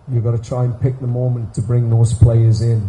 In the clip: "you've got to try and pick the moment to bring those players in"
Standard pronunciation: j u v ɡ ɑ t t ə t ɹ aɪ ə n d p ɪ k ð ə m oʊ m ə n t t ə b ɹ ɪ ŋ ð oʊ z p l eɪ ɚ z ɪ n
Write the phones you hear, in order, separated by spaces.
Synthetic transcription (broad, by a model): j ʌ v ɡ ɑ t t ə t ɹ aɪ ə n p ɪ k ð ə m oʊ m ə n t t ə b ɹ ɪ ŋ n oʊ s p l eɪ ɚ z ɪ n